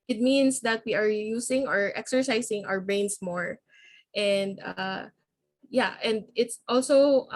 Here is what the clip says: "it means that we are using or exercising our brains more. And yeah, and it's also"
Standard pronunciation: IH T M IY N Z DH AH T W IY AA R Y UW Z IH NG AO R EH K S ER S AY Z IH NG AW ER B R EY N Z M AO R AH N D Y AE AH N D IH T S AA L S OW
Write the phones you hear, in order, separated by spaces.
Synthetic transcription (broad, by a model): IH T M IY N S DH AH T W IY AA R Y UW S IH NG AO R EH K S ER S AY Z IH NG AW ER B R EY N S M AO R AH N D Y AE AH N D IH T S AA L S OW